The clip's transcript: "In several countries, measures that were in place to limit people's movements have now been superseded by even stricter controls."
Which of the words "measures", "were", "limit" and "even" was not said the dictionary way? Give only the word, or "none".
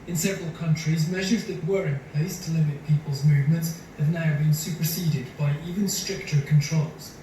none